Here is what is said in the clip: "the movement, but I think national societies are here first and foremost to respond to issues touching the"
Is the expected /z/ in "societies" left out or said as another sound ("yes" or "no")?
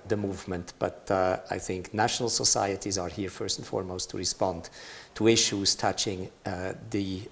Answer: no